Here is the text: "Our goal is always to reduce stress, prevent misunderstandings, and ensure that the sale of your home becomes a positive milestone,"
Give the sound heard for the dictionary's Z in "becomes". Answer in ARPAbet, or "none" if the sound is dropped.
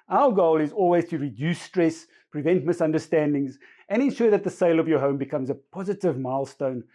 Z